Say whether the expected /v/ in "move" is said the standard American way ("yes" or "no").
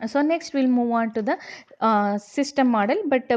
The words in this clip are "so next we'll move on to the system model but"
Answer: yes